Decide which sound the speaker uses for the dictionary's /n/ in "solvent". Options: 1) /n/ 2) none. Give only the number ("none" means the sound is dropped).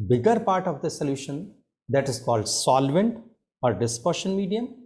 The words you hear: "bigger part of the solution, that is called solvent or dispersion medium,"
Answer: 1